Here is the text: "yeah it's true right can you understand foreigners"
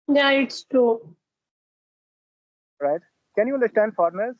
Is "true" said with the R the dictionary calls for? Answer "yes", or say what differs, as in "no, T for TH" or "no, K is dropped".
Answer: no, R is dropped